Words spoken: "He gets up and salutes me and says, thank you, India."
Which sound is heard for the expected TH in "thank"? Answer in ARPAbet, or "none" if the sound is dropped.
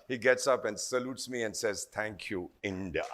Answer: T